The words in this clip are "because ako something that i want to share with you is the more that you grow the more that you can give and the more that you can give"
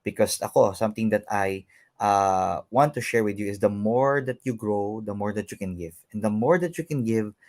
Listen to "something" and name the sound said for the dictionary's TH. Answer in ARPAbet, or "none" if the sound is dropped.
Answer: T